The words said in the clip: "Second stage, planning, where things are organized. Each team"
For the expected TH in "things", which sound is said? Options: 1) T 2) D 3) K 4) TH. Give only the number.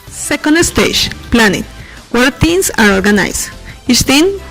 1